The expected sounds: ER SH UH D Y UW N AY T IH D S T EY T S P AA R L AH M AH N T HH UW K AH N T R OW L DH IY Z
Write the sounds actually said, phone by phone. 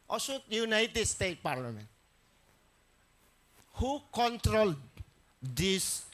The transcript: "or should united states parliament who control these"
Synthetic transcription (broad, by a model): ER S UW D Y UW N AY T IH D S T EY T P AA R L AH M AH N T HH UW K AH N T R OW L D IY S